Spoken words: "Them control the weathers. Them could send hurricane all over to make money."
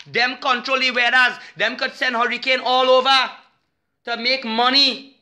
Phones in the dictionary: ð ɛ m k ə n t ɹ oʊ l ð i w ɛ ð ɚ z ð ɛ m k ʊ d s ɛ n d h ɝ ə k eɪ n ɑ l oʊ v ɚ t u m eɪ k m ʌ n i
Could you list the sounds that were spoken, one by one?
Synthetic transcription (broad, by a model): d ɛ m k ə n t ɹ oʊ l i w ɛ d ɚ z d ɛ m k ʊ d s ɛ n d h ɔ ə k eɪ n ɑ l oʊ v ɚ t u m eɪ k m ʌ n i